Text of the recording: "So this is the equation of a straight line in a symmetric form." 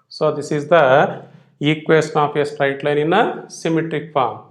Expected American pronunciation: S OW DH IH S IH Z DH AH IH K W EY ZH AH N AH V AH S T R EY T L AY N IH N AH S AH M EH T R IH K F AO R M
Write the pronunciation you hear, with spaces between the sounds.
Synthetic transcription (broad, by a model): S OW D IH S IH Z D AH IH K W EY S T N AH P AH S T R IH T L AY N IH N AH S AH M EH T R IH K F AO R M